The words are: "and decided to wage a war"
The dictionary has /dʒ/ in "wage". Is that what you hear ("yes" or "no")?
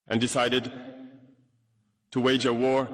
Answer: yes